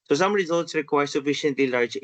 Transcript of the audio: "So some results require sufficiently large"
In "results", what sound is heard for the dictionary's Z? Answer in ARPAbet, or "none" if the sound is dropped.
Z